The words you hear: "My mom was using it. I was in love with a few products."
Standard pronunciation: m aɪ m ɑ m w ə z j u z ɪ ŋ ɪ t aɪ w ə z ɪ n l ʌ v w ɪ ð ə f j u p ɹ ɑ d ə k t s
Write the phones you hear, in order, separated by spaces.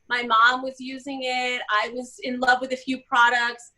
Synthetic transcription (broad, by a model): m aɪ m ɑ m w ə z j u z ɪ ŋ ɪ t aɪ w ə z ɪ n l ʌ v w ɪ ð ə f j u p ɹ ɑ d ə k t s